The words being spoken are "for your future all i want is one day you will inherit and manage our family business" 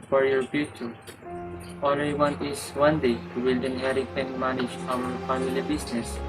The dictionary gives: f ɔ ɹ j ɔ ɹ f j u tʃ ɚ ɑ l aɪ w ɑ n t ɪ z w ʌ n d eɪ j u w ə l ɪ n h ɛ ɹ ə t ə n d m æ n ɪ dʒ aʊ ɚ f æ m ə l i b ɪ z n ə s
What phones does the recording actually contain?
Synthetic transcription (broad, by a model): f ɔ ɹ j ɔ ɹ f j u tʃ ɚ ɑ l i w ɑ n ɪ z w ʌ n d eɪ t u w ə l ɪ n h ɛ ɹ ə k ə n m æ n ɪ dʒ aʊ ɚ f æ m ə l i b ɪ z n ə s